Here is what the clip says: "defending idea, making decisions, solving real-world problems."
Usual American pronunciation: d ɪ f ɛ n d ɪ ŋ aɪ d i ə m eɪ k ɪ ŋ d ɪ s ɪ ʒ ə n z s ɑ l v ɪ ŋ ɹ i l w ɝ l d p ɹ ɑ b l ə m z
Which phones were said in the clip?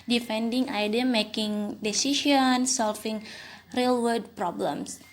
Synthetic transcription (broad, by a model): d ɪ f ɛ n d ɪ ŋ aɪ d i ə m eɪ k ɪ ŋ d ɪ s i ʃ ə n s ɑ l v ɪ ŋ ɹ i l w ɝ d p ɹ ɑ b l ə m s